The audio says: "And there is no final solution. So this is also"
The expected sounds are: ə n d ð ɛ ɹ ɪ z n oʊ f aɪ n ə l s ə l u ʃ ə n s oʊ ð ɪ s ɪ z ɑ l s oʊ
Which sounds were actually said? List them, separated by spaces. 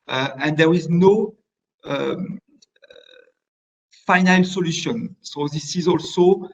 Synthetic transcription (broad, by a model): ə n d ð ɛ ɹ ɪ z n oʊ f aɪ n ə l s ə l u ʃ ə n s oʊ ð ɪ s ɪ z ɑ l s oʊ